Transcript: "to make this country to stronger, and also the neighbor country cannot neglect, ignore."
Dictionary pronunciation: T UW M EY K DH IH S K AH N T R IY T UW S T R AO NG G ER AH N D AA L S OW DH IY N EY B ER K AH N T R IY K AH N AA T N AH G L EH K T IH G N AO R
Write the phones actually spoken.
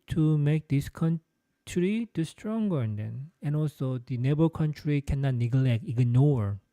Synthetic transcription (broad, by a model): T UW M EY K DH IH S K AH N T R IY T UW S T R AO NG G ER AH N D AA L S OW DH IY N EY B ER K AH N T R IY K AH N AA T N AH G L EH K T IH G N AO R